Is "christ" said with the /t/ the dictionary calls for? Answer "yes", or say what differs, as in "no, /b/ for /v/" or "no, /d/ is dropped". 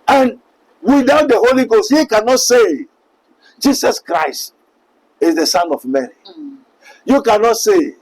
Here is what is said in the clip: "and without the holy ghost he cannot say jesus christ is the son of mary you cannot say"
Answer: yes